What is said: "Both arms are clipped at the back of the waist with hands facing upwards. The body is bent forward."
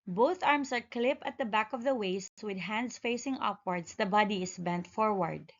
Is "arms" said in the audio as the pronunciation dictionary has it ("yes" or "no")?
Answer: no